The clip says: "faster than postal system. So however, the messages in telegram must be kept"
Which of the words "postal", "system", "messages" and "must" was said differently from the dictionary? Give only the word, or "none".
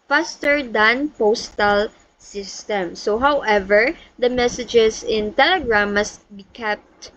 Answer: messages